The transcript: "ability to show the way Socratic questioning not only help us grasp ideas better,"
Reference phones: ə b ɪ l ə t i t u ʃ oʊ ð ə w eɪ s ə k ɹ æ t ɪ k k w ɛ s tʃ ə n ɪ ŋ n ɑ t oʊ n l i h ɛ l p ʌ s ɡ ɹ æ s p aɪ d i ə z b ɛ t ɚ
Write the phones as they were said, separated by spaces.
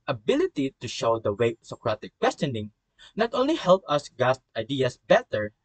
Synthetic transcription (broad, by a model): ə b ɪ l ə t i t u ʃ oʊ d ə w eɪ s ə k ɹ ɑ t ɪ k k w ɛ s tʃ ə n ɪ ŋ n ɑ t oʊ n l i h ɛ l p ʌ s ɡ ɑ s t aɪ d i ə s b ɛ t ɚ